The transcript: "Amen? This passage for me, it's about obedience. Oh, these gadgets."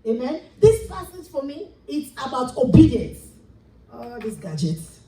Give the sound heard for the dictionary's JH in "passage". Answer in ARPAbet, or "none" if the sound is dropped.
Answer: Z